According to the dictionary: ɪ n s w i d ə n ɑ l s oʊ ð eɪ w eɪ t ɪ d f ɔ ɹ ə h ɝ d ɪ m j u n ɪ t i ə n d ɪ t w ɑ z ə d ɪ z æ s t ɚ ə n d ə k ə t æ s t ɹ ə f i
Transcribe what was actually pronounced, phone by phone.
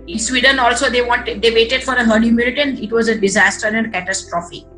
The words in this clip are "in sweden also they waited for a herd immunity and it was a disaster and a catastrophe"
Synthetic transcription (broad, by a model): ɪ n s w i d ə n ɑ l s oʊ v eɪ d eɪ t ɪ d f ɔ ɹ ə h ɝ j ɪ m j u l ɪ t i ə n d ɪ t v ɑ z ə d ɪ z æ s t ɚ ə n d k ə t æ s t ɹ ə f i